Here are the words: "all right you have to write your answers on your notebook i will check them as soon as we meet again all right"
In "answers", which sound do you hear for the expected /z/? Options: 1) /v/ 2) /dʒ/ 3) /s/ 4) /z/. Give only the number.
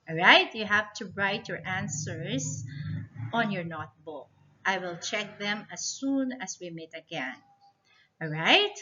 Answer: 3